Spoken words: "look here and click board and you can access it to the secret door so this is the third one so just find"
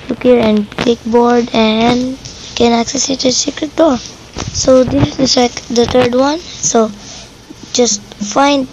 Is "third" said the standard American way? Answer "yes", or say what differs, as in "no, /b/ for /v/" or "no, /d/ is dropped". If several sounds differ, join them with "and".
no, /t/ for /θ/